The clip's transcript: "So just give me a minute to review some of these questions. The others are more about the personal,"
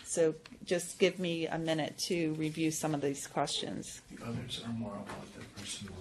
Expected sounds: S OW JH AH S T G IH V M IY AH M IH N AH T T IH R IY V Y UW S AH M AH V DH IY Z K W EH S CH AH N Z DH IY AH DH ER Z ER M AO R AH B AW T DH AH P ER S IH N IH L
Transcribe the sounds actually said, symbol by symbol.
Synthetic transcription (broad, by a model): S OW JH AH S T G IH V M IY AH M IH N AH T T IH R IY V Y UW S AH M AH V DH IY Z K W EH S CH AH N Z DH IY AH DH ER Z ER M AO R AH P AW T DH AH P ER S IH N